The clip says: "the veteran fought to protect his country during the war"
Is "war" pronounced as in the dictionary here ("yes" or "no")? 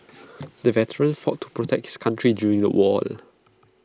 no